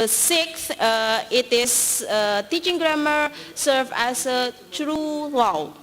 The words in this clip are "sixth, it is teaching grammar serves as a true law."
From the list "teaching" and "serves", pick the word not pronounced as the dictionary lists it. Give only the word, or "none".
serves